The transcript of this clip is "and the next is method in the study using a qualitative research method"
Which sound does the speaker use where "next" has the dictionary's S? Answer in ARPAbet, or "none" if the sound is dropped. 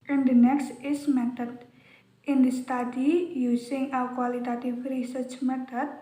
S